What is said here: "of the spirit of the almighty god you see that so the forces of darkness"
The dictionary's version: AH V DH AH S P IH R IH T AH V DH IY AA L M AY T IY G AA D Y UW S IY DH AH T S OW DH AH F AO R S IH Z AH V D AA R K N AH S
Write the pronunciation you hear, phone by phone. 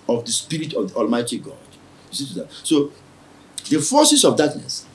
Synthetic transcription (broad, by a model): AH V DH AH S P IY R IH T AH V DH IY AA L M AY T IY G AA D Y UW S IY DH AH T S OW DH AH F AO S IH S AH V D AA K N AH S